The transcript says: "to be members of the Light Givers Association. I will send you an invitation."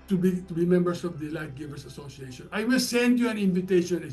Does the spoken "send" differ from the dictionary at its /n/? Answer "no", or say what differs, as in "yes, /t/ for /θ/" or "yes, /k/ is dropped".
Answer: no